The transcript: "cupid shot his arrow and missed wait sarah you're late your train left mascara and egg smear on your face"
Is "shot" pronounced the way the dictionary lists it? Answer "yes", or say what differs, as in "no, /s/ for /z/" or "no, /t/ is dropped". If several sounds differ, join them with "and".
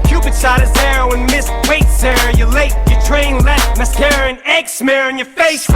no, /s/ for /ʃ/